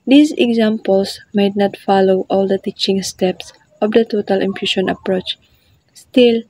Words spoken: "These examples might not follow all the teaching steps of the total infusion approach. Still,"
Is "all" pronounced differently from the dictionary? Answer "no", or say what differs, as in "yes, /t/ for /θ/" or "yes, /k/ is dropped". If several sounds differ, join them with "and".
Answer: no